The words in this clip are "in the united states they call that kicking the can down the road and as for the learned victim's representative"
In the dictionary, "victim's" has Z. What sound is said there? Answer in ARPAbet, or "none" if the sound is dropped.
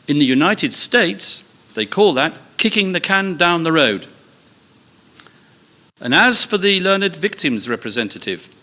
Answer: Z